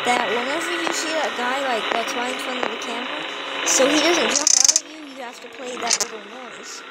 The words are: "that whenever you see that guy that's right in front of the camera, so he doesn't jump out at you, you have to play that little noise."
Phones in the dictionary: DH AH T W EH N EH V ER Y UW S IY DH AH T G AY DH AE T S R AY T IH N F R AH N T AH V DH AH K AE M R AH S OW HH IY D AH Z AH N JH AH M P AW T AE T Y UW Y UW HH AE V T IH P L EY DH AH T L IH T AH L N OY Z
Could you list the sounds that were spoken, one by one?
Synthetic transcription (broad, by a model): DH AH T W EH N EH V ER Y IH S IY DH AH T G AY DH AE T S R AY IH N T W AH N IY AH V DH AH K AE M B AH S OW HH IY D AH Z AH N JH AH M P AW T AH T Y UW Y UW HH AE F T IH P L EY DH AH T L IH T L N OY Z